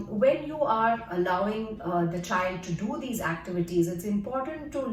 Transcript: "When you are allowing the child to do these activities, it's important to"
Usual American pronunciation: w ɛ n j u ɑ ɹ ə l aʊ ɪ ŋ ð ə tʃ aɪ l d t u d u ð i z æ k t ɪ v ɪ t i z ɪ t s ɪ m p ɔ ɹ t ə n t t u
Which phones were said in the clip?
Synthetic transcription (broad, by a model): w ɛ n j u ɑ ɹ ə l aʊ ɪ ŋ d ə tʃ aɪ l d t u d u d i z æ k t ɪ v ɪ t i z ɪ t s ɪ m p ɔ ɹ t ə n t t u